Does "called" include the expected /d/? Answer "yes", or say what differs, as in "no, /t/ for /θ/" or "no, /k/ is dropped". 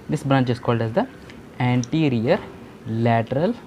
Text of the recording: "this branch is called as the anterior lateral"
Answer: yes